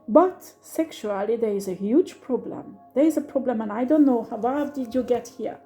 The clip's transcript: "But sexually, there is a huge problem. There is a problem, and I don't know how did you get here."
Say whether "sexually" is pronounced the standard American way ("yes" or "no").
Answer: yes